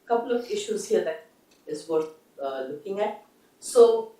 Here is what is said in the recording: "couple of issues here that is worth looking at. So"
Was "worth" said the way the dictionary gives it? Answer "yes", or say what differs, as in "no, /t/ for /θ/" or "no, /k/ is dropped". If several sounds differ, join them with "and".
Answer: no, /t/ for /θ/